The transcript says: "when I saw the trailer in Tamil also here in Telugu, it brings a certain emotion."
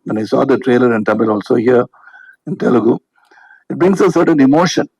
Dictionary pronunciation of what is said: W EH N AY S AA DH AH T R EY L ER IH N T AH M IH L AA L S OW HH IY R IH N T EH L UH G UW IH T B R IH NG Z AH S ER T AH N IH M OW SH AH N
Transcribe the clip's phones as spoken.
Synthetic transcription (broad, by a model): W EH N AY S AA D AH T R EY L ER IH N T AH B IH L AA L S OW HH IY R IH N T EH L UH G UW IH T B R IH NG S AH S ER T AH N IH M OW SH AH N